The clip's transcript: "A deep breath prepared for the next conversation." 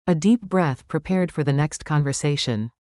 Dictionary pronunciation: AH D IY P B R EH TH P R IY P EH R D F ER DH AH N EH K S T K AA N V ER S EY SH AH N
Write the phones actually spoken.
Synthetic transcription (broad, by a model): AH D IY P B R EH TH P R IY P EH R D F ER DH AH N EH K S T K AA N V ER S EY SH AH N